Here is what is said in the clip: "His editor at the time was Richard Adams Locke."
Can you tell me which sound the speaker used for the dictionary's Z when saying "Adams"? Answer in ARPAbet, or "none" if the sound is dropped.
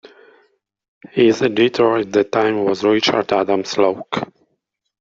S